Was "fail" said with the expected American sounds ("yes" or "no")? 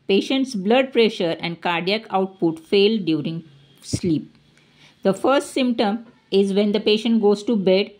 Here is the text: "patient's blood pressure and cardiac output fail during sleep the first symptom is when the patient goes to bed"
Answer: yes